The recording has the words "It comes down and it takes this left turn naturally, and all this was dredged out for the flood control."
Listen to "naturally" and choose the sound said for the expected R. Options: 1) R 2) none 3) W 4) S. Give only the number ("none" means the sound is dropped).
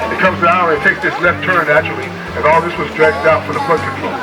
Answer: 2